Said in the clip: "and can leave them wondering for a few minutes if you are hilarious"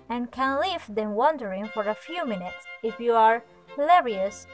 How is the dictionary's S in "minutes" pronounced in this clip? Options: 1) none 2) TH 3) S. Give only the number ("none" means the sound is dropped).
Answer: 3